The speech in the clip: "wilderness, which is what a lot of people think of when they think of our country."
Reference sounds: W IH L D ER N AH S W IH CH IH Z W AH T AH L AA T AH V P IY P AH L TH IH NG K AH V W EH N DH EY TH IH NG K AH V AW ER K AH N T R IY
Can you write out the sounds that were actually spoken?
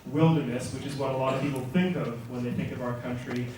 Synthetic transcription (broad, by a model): W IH L D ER N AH S W IH CH IH Z W AH T AH L AA T AH V P IY P L TH IH NG K AH V W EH N DH EY TH IH NG K AH V AW ER K AH N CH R IY